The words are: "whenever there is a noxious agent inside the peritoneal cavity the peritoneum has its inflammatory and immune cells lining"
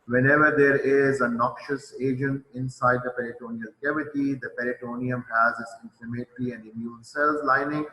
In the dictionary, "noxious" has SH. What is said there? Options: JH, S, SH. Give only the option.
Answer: SH